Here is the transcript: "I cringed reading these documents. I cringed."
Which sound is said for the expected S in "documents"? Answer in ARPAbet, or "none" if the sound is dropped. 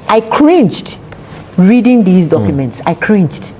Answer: S